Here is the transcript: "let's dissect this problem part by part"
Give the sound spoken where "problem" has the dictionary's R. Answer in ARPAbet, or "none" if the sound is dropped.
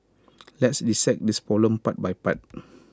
none